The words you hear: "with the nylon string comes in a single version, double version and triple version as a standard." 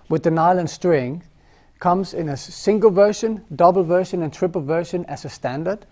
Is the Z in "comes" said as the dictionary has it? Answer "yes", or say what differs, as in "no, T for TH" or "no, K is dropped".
yes